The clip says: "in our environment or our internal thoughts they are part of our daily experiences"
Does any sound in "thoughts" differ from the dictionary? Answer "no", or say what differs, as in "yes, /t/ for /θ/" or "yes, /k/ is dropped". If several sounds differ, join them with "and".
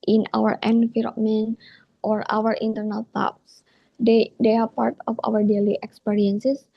yes, /t/ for /θ/